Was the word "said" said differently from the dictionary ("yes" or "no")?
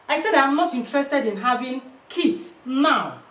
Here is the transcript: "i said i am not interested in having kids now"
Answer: no